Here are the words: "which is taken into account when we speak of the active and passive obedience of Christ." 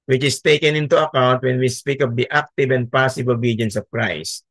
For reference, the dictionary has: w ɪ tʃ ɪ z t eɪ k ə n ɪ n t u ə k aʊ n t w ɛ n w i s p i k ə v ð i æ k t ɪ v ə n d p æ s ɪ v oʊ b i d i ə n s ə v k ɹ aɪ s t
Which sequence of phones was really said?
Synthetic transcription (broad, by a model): w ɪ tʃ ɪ s t eɪ k ə n ɪ n t u ə k aʊ n t w ɛ n w i s p i k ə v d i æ k t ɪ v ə n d p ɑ s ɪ b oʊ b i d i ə n s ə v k ɹ aɪ s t